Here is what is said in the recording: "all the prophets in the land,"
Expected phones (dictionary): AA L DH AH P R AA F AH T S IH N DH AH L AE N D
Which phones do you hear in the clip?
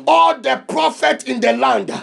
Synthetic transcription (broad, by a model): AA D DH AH P R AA F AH T IH N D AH L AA N D